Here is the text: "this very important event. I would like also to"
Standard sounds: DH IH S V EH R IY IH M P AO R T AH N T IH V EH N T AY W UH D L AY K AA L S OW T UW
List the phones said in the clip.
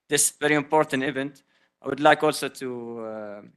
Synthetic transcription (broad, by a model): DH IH S V EH R IY IH M P AO R T AH N T IH V EH N T AY W UH D L AY K AA L S OW T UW